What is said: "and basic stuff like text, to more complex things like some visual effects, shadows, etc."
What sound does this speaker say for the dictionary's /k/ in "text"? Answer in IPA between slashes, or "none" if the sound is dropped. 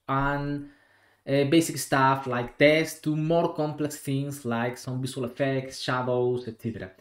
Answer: none